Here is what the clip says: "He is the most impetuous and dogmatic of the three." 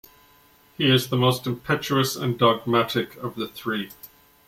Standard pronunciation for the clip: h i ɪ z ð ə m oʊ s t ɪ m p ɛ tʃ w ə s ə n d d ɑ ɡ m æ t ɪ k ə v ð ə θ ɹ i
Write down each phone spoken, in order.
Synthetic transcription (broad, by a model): h i ɪ z ð ə m oʊ s t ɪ m p ɛ tʃ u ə s ə n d d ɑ ɡ m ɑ t ɪ k ə v ð ə θ ɹ i